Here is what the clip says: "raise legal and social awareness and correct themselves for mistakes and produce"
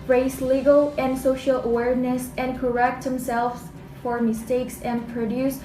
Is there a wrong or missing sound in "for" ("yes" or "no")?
no